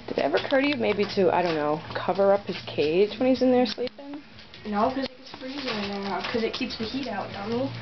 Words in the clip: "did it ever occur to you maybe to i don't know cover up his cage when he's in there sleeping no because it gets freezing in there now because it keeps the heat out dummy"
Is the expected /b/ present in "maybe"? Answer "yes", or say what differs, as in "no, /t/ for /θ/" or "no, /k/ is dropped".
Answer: yes